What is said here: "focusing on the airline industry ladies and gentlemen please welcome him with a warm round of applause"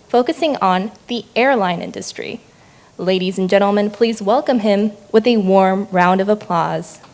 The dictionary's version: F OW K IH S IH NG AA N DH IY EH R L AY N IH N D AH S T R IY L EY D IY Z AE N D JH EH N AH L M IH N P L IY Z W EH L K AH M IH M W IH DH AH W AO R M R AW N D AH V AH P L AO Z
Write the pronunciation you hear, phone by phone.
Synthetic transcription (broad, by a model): F OW K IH S IH NG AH N DH IY EH R L AY N IH N D AH S T R IY L EY D IY Z N JH EH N L M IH N P L IY Z W EH L K AH M IH M W IH DH AH W AO R M R AW N D AH V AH P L AO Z